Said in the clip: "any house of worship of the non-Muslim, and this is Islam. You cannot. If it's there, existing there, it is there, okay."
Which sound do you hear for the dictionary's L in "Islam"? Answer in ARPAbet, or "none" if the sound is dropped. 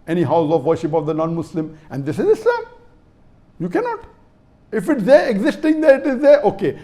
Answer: none